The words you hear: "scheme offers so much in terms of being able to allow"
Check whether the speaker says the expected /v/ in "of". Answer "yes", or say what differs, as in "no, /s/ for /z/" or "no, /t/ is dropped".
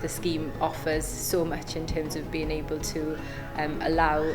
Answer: yes